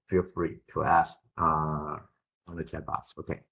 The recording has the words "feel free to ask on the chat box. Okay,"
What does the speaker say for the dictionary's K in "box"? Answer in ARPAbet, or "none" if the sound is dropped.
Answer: none